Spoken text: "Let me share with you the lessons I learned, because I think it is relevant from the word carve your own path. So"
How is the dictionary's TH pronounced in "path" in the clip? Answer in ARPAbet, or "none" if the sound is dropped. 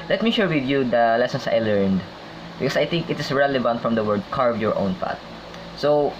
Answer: T